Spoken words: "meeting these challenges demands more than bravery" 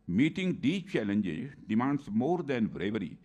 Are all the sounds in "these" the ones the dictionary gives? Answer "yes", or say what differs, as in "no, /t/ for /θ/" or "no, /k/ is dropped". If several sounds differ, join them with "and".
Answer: no, /z/ is dropped